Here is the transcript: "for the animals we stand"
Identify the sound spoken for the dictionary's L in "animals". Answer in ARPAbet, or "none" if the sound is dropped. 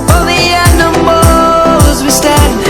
none